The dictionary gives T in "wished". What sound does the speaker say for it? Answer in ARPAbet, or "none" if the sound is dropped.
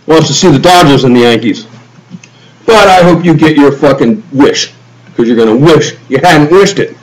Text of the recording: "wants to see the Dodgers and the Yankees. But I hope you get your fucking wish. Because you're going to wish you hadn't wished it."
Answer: T